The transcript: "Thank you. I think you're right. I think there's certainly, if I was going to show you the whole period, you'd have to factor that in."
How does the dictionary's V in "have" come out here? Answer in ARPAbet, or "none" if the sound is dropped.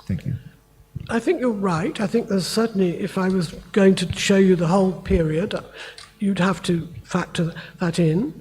F